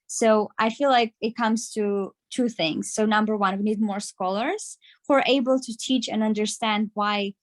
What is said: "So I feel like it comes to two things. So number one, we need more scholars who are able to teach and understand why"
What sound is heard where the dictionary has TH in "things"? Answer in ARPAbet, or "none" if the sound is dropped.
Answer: TH